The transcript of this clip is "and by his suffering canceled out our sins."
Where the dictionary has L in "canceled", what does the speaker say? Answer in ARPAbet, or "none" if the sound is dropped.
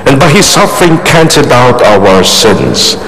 none